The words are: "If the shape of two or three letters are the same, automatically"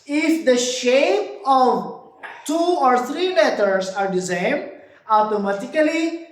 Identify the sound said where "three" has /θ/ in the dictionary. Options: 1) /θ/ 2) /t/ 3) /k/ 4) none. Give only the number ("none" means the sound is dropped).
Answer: 2